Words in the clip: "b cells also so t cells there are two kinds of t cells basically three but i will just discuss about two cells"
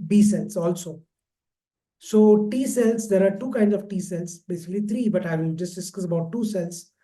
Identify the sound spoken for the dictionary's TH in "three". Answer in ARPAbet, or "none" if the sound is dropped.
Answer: T